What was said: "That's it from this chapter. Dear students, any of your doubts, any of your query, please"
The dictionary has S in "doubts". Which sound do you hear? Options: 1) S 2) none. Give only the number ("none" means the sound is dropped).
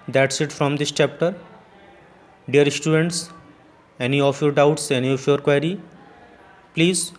1